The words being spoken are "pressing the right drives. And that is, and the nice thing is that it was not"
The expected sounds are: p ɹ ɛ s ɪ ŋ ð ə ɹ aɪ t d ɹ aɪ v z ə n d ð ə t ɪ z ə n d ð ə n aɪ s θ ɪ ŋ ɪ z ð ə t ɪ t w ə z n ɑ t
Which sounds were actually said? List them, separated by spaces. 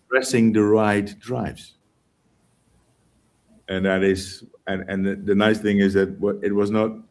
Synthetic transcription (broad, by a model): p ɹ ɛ s ɪ ŋ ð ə ɹ aɪ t d ɹ aɪ v z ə n ð ə t ɪ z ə n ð ð ə n aɪ s θ ɪ ŋ ɪ z ð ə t ɪ t w ə z n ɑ t